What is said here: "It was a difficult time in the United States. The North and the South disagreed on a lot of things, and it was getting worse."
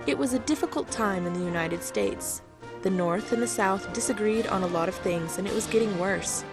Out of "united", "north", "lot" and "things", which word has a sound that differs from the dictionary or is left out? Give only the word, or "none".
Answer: none